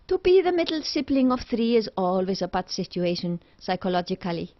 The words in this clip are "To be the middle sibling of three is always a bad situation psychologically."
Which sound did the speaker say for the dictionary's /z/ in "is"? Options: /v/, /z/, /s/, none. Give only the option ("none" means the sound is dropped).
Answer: /z/